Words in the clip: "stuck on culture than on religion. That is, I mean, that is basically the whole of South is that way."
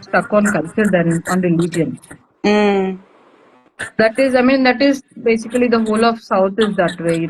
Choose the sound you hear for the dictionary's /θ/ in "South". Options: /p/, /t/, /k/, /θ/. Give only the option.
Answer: /t/